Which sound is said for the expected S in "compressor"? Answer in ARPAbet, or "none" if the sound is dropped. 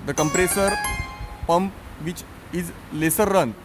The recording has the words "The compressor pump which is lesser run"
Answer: S